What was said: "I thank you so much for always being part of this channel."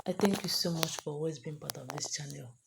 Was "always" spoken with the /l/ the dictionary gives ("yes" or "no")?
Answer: no